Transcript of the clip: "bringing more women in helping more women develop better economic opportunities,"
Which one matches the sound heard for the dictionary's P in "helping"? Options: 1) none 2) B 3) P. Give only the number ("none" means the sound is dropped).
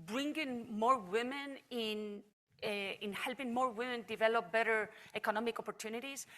3